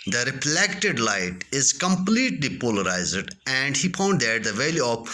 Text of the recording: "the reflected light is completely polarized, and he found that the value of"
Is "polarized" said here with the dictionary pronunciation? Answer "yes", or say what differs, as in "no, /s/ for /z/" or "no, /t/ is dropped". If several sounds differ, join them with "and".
yes